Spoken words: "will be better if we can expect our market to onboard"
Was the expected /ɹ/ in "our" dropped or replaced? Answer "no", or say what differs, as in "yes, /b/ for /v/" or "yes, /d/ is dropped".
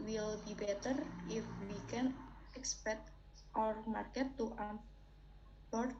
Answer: no